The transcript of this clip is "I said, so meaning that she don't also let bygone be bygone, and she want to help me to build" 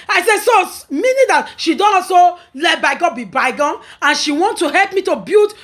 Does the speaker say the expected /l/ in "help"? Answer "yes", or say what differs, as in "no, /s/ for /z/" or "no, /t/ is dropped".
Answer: yes